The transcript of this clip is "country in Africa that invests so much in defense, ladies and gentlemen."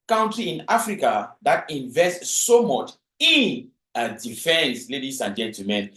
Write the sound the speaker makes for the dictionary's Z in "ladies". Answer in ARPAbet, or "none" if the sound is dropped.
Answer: S